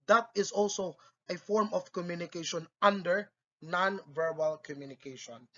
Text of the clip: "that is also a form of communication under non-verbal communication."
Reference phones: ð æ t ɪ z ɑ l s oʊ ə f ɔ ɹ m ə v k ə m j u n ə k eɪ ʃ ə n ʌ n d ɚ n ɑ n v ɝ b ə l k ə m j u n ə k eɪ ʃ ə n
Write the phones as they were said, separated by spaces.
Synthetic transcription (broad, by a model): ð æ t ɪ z ɑ l s oʊ ə f ɔ ɹ m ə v k ə m j u n ə k eɪ ʃ ə n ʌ n d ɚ n ɑ n v ɝ b ə l k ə m j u n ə k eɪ ʃ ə n